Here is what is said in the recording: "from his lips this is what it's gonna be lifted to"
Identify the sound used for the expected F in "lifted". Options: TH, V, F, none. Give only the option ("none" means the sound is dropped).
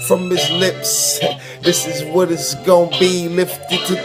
F